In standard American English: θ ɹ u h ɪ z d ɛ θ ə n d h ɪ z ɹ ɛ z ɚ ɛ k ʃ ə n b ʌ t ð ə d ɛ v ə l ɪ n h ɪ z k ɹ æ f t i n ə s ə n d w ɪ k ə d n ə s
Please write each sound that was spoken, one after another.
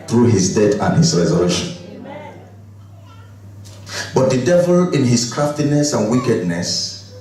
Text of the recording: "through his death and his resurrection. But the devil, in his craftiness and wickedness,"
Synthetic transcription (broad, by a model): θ ɹ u h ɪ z d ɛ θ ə n h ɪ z ɹ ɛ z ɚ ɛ ʃ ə n b ʌ t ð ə d ɛ v ə l ɪ n h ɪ s k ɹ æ f t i n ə s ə n w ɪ k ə d n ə s